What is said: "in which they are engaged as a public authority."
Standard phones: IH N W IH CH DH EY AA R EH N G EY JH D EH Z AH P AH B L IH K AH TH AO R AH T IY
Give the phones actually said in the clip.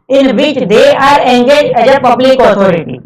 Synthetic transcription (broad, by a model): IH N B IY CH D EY AA R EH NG G EY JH EH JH AH P AH B L IH K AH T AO R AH T IY